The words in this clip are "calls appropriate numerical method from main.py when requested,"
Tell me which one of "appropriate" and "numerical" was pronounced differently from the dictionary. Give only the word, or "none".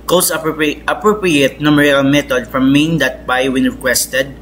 numerical